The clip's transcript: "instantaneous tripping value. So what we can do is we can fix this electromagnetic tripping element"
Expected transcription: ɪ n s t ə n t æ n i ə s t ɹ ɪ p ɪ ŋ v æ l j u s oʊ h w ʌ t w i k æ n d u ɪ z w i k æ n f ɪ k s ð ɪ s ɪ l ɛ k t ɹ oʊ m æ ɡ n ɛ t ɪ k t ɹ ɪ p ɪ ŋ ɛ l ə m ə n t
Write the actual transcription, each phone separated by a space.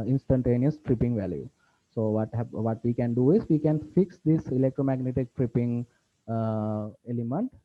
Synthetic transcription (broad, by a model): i n s t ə n t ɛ n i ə s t ɹ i p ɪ ŋ v æ l j u s oʊ h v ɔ t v i k æ n d u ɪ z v i k æ n f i k s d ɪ s ɪ l ɛ k t ɹ oʊ m æ ɡ n ɛ t ɪ k t ɹ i p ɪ ŋ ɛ l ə m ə n t